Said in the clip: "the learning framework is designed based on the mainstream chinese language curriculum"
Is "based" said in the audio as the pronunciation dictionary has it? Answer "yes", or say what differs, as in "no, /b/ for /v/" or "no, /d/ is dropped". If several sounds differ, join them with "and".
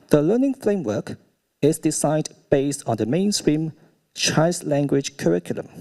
yes